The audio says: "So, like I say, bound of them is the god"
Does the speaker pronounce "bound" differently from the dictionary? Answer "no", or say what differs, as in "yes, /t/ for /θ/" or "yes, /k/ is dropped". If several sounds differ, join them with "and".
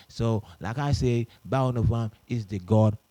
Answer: yes, /d/ is dropped